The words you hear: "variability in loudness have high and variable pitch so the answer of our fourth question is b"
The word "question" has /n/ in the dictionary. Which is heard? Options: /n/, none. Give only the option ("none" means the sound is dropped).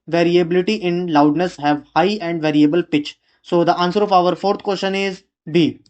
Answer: /n/